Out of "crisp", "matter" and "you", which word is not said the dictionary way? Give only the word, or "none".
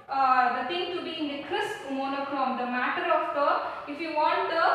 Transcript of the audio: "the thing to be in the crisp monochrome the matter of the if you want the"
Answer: crisp